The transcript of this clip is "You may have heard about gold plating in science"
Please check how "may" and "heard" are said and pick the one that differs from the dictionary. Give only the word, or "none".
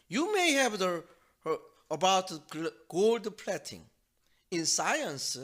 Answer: heard